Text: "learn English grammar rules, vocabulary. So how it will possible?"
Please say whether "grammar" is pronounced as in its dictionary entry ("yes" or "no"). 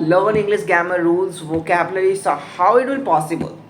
no